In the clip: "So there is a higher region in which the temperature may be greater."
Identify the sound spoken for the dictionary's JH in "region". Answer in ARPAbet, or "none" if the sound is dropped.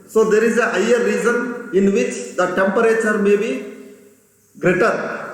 Z